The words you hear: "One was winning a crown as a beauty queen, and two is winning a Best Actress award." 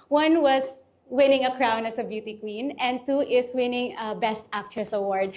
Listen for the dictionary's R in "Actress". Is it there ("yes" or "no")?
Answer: no